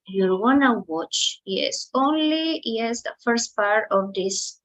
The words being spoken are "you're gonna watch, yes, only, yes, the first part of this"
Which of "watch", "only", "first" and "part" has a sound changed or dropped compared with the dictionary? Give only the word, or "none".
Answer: none